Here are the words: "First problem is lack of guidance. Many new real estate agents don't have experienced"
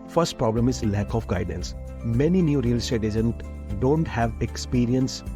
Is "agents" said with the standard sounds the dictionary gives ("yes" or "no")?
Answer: no